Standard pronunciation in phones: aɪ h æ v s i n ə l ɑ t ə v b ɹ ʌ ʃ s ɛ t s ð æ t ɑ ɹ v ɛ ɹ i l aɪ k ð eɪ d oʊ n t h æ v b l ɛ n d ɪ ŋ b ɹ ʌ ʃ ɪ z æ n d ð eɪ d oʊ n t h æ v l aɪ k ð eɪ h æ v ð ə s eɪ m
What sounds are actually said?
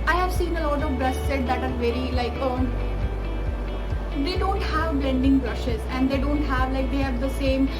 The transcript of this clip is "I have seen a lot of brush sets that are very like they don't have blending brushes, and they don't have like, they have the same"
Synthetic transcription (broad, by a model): aɪ h æ v s i n ə l ɑ t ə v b ɹ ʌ s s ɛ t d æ t ɑ ɹ v ɛ ɹ i l aɪ k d eɪ d oʊ n t h æ v b l ɛ n d ɪ ŋ b ɹ ʌ ʃ ɪ z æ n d eɪ d oʊ n t h æ v l aɪ k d eɪ h æ v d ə s eɪ m